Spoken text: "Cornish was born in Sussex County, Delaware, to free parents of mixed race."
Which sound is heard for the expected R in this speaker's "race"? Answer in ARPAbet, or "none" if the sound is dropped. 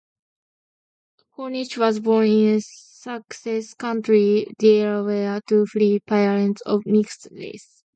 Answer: L